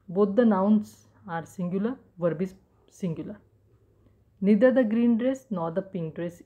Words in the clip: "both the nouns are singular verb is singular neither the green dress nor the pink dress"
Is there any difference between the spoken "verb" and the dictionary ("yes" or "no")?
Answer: no